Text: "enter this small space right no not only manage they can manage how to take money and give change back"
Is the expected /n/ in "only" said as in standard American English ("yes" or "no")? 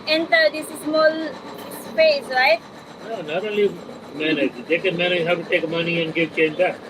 no